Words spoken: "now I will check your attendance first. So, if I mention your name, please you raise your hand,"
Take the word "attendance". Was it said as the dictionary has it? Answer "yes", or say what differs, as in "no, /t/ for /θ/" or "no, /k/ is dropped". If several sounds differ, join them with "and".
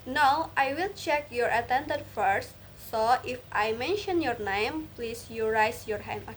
no, /s/ is dropped